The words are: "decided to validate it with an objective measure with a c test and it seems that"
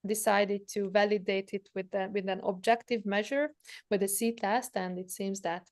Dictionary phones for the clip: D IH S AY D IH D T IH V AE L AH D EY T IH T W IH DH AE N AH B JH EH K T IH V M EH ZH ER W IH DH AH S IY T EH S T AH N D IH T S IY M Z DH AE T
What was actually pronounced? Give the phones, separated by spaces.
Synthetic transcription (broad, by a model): D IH S AY D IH D T IH V AE L AH D EY T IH T W IH DH AE N AH B JH EH K T IH V M EH ZH ER W IH DH AH S IY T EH S T AH N D IH T S IY M Z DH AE T